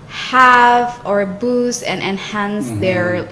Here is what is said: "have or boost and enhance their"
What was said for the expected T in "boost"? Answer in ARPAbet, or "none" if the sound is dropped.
none